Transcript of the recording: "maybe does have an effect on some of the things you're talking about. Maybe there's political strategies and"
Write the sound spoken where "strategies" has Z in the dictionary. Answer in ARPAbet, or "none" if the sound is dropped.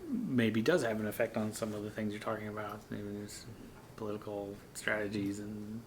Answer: Z